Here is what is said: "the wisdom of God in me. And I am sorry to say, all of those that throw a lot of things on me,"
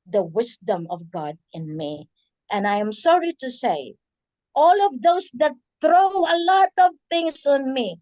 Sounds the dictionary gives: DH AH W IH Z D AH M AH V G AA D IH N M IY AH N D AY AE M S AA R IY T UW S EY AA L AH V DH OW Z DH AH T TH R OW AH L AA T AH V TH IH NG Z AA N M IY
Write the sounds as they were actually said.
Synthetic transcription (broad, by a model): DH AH W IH S D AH M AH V G AA D IH N M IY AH N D AY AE M S AA R IY T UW S EY AA L AH V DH OW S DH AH T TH R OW AH L AA T AH V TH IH NG S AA N M IY